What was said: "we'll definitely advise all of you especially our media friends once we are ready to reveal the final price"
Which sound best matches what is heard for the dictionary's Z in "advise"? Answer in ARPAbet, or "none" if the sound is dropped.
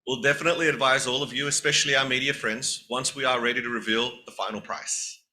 Z